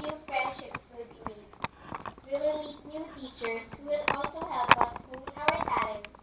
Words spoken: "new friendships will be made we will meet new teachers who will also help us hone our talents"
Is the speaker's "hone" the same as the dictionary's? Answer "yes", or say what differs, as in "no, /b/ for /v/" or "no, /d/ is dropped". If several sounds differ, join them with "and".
no, /n/ is dropped